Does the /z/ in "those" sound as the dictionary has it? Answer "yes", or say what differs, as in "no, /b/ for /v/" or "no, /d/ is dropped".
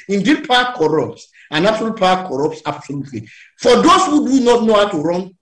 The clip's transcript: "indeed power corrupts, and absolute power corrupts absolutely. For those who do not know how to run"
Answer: no, /s/ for /z/